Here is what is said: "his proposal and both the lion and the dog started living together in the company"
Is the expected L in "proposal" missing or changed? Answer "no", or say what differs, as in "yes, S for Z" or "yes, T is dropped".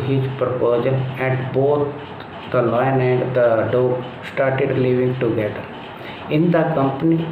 yes, N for L